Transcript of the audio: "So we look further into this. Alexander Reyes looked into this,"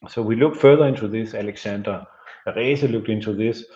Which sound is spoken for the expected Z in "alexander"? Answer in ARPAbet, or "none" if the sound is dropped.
S